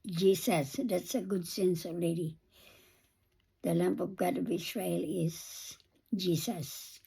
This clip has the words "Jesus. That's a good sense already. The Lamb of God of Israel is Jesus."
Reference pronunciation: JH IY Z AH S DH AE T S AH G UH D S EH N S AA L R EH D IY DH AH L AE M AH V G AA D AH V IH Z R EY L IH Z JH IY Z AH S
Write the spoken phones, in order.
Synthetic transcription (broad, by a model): JH IY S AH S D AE T S AH G UH D S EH N S AA L R EH D IY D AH L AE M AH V G AA D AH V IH S R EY L IH Z JH IY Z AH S